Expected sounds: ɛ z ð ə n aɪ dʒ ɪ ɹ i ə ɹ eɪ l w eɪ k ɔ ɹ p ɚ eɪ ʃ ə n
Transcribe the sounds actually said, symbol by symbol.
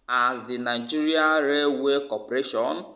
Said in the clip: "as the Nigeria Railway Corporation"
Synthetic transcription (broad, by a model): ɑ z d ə n aɪ dʒ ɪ ɹ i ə ɹ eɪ w eɪ k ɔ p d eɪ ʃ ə n